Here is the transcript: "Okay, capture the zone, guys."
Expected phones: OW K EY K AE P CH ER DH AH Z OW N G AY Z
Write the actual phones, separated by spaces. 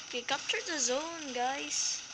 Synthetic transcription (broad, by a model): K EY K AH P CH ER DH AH Z OW N G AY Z